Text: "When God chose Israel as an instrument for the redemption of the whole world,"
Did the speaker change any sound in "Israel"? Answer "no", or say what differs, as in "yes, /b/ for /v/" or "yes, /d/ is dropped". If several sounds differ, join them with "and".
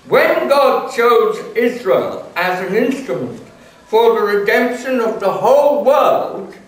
no